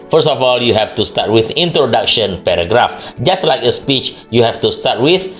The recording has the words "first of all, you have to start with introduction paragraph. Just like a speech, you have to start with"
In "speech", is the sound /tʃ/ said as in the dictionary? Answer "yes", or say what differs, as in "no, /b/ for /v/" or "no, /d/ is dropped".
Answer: yes